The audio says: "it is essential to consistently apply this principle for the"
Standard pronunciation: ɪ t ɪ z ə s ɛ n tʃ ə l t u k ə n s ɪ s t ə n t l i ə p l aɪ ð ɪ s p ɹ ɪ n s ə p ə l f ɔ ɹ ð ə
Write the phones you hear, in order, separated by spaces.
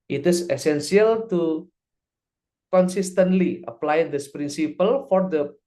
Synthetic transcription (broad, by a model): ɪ t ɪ s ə s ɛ n s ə l t u k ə n s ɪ s t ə n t l i ə p l aɪ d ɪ s p ɹ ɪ n s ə p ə l f ɔ ɹ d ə